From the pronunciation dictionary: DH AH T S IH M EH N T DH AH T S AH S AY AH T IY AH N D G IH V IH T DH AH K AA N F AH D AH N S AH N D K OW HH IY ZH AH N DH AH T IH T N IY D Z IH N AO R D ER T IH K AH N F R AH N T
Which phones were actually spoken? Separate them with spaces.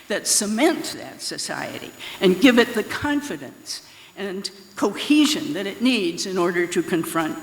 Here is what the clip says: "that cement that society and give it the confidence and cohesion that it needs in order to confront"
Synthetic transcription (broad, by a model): DH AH T S IH M EH N T DH AH T S AH S AY AH T IY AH N G IH V IH T DH AH K AA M F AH D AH N S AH N K OW HH IY ZH AH N DH AH T IH T N IY D Z IH N AO R D ER T IH K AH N F R AH N T